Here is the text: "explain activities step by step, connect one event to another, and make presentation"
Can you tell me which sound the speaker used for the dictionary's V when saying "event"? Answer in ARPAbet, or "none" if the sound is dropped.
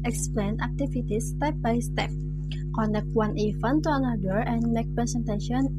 F